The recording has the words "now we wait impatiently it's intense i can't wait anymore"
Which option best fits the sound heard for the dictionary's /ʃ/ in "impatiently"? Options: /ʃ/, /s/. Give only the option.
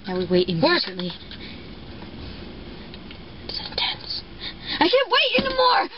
/s/